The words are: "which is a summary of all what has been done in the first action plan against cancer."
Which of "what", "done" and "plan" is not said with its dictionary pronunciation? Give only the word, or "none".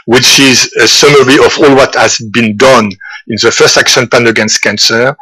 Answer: plan